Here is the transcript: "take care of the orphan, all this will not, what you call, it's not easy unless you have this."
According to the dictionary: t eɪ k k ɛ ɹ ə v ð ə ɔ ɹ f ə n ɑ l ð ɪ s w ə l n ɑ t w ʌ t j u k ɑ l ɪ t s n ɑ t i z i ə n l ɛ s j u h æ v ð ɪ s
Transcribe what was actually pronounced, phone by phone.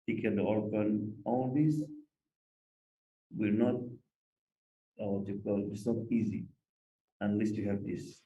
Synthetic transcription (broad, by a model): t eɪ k k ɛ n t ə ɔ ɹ p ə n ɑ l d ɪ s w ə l n ɑ t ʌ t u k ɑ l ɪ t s n ɑ t i z i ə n l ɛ s j u h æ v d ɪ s